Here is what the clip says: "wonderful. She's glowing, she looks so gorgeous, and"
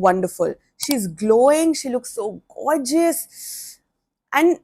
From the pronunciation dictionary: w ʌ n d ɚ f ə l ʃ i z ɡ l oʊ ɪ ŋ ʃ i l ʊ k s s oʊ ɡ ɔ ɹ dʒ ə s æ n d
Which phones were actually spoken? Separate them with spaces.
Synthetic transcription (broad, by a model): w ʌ n d ɚ f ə l ʃ i z ɡ l oʊ ɪ ŋ ʃ i l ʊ k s s oʊ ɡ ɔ ɹ dʒ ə s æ n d